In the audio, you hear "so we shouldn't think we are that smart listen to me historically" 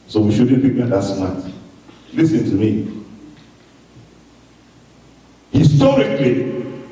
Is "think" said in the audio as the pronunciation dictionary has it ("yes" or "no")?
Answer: no